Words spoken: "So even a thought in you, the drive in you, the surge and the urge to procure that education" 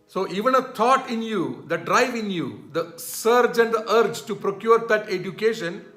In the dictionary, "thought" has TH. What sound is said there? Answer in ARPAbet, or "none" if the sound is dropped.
T